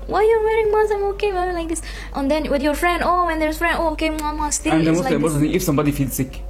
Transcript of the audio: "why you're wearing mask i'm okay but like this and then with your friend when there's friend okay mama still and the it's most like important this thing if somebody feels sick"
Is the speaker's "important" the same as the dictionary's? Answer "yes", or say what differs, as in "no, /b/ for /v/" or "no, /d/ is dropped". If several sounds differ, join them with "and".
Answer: no, /p/ is dropped